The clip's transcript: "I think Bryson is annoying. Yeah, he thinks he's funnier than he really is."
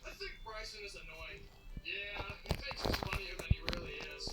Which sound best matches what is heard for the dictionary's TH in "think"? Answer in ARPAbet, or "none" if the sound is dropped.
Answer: TH